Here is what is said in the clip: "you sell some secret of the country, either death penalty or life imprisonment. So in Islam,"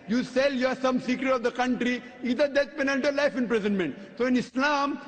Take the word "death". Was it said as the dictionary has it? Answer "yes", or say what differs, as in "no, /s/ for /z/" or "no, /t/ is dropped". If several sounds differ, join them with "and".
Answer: no, /t/ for /θ/